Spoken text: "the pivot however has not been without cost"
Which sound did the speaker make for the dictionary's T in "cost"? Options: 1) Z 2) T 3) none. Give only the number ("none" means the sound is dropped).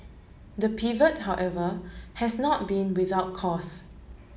3